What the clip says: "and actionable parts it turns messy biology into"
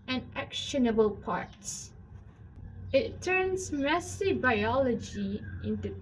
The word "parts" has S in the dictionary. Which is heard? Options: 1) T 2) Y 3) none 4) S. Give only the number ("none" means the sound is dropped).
4